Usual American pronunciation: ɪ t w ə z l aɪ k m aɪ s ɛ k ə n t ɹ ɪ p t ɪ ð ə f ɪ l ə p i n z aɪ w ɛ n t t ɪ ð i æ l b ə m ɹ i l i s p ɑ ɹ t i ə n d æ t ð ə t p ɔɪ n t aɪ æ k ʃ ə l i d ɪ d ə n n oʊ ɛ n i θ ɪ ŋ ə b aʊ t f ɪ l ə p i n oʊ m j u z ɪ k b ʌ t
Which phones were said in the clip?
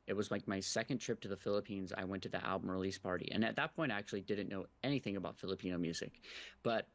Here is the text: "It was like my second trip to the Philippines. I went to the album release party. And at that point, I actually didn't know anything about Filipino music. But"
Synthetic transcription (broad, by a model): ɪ t w ə z l aɪ k m aɪ s ɛ k ə n t ɹ ɪ p t ɪ ð ə f ɪ l ə p i n z aɪ w ɛ n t t ɪ ð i æ l b ə m ɹ i l i s p ɑ ɹ t i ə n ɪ t ð ə t p ɔɪ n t aɪ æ k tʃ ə l i d ɪ d n n oʊ ɛ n i θ ɪ ŋ ə b aʊ t f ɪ l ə p i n oʊ m j u z ɪ k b ʌ t